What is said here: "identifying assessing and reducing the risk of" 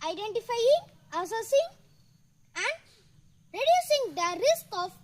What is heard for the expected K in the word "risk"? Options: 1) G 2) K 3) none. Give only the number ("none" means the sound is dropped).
2